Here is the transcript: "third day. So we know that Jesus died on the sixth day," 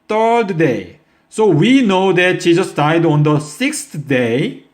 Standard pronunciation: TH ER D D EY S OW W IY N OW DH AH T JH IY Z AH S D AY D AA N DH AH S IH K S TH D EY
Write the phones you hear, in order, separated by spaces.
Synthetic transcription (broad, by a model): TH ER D D EY S OW W IY N OW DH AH T SH IY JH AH S D AY D AA N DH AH S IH K S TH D EY